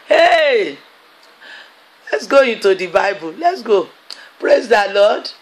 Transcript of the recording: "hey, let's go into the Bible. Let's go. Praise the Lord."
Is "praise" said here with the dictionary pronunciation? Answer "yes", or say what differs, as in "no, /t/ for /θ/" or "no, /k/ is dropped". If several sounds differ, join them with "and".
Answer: yes